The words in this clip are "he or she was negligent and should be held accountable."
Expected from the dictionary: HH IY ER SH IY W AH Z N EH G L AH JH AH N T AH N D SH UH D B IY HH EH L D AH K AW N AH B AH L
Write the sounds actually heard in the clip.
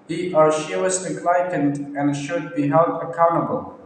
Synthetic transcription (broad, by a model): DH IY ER SH IY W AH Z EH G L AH AH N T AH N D SH UH D B IY HH EH L D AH K AW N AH B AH L